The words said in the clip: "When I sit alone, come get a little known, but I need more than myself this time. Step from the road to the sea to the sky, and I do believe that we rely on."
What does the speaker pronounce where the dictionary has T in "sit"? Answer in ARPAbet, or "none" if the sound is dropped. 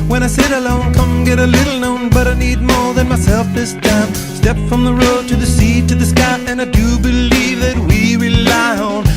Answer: T